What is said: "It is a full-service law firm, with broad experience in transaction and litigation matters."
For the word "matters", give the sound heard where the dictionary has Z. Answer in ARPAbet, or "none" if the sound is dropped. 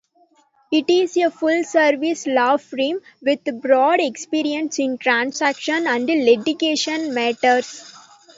S